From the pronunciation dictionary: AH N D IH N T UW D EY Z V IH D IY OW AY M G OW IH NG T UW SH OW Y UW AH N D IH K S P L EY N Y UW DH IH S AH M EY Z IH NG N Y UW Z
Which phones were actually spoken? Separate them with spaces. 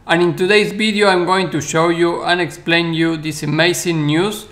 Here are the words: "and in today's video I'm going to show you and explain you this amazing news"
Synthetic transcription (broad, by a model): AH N IH N T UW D EY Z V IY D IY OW AY M G OW IH NG T UW SH OW Y UW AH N IH K S P L EY N Y UW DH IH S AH M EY S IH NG N Y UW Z